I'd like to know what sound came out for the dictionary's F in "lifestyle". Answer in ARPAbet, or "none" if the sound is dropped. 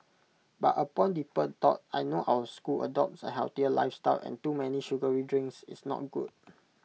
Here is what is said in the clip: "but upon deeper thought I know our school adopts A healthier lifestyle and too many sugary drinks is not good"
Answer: F